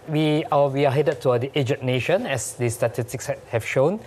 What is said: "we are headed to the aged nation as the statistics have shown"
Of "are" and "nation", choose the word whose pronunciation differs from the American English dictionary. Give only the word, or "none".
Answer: are